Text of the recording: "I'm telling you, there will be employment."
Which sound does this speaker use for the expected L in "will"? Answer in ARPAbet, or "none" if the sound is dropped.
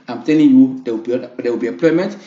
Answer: W